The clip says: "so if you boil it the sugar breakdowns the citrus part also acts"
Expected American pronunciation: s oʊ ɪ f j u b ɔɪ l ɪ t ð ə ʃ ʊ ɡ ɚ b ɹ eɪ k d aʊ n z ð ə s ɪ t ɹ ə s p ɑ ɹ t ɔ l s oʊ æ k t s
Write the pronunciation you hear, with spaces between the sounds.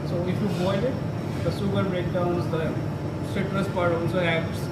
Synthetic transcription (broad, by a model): s oʊ ɪ f j u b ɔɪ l ɪ t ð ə s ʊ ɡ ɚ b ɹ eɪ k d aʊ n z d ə s ɪ t ɹ ə s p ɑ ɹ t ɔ n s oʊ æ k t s